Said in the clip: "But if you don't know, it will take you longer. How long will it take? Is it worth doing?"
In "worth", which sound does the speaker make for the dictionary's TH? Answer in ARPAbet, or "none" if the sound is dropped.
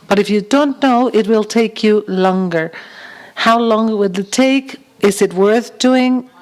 TH